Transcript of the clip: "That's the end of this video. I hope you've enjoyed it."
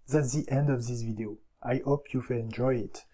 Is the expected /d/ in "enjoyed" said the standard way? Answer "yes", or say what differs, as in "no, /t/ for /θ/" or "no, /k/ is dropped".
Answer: no, /d/ is dropped